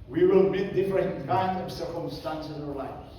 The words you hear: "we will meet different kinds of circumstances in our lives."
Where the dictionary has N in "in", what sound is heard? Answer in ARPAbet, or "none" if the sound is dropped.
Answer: L